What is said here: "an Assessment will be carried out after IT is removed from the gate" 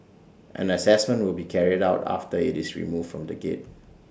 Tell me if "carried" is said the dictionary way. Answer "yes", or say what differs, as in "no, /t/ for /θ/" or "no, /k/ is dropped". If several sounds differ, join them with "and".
yes